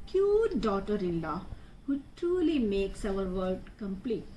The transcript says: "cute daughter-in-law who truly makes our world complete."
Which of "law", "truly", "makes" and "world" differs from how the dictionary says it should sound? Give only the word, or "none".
world